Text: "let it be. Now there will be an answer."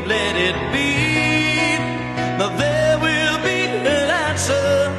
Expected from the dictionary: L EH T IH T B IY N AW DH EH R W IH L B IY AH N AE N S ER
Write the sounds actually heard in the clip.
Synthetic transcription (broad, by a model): L EH T IH T B IY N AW DH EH R W IH L B IY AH L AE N S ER